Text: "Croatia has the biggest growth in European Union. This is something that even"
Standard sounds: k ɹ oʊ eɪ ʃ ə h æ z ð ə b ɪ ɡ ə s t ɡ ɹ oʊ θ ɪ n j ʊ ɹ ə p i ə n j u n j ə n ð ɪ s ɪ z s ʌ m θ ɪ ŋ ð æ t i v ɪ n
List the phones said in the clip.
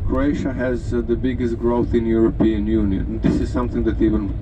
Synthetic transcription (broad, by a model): k ɹ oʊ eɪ ʃ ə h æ z ð ə b ɪ ɡ ə s t ɡ ɹ oʊ θ ɪ n j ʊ ɹ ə p i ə n j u n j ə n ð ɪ s ɪ z s ʌ m θ ɪ ŋ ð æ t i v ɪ n